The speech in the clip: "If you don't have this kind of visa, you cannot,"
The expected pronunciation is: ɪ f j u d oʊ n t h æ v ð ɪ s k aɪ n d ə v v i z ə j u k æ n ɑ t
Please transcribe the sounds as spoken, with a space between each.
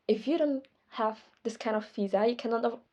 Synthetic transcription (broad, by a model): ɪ f j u d oʊ n t h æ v ð ɪ s k aɪ n d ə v f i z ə j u k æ n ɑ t